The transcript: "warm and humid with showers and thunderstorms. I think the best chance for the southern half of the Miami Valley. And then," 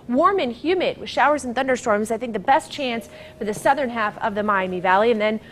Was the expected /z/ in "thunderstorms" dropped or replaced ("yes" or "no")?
no